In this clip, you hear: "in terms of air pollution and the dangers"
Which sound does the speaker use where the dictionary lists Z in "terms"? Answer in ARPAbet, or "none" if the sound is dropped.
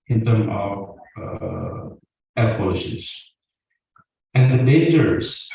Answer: none